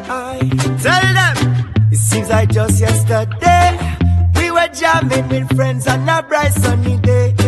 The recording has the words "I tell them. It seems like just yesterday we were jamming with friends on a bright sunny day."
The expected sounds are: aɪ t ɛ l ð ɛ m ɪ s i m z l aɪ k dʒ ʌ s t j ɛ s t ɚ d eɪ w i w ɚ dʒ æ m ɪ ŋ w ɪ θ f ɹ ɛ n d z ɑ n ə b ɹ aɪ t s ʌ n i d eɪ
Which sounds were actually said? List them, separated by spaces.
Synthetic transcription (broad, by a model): aɪ t ɛ l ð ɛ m ɪ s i z aɪ dʒ ʌ s t j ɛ s t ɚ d eɪ w i w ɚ dʒ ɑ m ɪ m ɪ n f ɹ ɛ n d z ɑ n ə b ɹ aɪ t s ʌ n i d eɪ